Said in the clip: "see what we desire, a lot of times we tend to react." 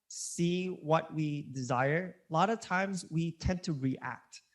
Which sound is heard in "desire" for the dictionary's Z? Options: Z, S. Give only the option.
Z